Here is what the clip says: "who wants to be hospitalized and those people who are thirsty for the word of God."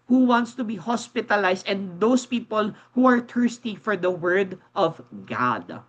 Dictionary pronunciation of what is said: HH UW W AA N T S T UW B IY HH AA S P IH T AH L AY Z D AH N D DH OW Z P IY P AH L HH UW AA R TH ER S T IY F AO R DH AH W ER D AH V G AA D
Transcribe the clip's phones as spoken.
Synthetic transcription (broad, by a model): HH UW W AA N T S T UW B IY HH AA S P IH T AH L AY S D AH N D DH OW S P IY P AH L HH UW AA R T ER S T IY F AO R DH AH W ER D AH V G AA D